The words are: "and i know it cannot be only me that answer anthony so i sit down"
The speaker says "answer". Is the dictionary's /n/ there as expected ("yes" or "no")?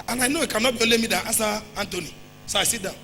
no